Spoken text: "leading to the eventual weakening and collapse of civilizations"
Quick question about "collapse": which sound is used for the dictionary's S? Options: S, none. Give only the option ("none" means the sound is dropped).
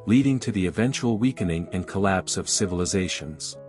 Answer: S